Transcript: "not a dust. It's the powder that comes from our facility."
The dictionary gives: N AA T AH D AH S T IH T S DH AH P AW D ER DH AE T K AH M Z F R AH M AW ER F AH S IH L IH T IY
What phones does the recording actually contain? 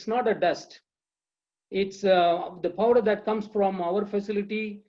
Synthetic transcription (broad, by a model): N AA T AH D AH S T IH T S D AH P AW D ER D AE T K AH M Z F R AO M AW ER F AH S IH L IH T IY